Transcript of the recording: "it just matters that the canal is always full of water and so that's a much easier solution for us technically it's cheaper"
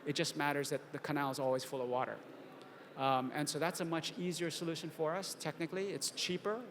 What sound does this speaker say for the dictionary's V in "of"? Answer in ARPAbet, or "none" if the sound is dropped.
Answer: V